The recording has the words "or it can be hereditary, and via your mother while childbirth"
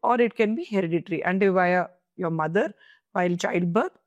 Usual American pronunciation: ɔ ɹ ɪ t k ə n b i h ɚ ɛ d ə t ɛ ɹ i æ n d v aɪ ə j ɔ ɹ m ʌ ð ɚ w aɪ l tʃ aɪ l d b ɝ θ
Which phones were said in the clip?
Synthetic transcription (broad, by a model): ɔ ɹ ɪ t k ə n b i h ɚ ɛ d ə t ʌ ɹ i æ n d v aɪ ə j ɔ ɹ m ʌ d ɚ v aɪ l tʃ aɪ l d b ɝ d